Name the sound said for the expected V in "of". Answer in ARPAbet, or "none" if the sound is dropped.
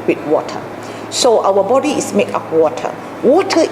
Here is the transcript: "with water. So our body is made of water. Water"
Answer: P